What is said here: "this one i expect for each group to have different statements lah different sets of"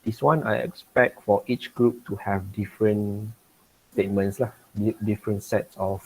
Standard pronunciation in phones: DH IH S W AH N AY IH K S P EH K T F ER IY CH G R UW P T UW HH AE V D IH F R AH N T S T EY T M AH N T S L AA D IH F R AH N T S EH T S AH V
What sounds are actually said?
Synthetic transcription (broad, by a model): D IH S W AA N AY IH K S P EH K T F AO IY CH G R UW P T UW HH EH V D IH F R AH N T S T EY T M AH N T S L AA D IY F R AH N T S EH T S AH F